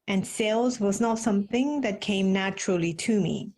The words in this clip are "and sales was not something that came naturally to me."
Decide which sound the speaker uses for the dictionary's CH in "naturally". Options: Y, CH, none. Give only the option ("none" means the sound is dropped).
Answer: CH